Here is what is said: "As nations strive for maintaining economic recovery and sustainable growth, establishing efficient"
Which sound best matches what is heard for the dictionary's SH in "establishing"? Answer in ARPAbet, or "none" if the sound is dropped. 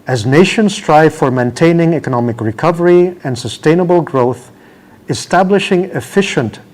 SH